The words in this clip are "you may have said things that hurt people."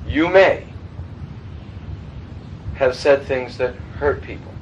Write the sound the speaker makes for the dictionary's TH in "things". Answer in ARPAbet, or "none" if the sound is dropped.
TH